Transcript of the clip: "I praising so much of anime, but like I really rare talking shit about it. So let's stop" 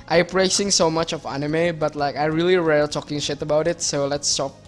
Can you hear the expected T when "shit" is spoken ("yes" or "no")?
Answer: yes